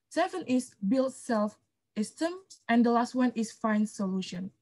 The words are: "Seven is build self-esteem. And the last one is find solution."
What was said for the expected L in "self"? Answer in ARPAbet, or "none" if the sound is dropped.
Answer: L